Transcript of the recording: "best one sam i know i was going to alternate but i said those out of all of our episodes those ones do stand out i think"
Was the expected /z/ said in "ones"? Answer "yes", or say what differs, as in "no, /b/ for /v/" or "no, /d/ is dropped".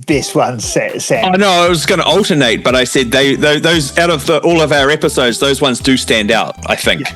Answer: yes